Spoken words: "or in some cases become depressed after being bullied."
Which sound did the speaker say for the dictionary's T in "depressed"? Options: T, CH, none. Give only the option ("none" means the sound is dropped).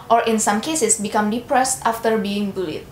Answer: T